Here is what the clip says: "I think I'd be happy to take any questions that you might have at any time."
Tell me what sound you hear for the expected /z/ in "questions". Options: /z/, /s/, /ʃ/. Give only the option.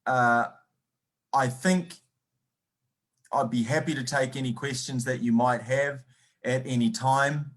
/z/